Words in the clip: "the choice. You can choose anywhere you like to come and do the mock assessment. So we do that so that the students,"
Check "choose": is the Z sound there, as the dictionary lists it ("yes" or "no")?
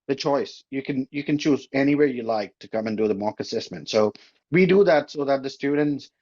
yes